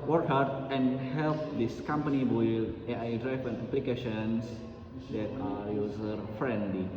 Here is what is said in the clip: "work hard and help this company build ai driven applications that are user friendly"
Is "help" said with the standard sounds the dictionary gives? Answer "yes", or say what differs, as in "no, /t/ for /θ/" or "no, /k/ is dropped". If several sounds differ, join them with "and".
yes